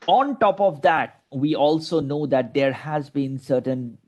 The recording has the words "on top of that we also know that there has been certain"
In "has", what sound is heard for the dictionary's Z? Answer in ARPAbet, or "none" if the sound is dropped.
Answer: Z